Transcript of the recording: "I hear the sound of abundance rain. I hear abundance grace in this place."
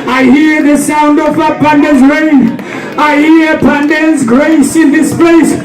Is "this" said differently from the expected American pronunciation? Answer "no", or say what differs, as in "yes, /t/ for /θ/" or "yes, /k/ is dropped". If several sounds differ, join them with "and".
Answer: no